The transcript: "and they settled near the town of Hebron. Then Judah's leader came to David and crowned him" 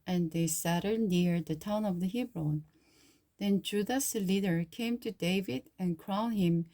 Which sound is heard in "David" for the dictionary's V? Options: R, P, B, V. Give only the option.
V